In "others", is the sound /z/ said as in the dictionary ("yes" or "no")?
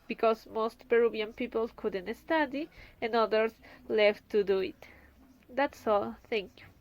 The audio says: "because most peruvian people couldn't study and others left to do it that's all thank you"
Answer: no